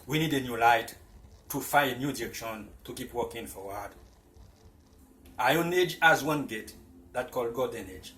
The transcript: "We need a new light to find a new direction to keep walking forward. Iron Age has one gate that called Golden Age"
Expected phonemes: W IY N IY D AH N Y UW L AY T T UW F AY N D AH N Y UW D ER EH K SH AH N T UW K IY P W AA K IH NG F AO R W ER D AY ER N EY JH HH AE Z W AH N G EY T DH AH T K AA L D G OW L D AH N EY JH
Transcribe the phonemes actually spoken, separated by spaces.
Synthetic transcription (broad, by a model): W IY N IY D AH N Y UW L AY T T UW F AY AH N Y UW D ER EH K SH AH N T UW K IY P W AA K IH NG F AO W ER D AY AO N EY JH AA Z W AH N G EY T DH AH T K AA L D G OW D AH N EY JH